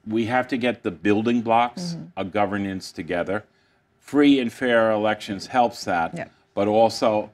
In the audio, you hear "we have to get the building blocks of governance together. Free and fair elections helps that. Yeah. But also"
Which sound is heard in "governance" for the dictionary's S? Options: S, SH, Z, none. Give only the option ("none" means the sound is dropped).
S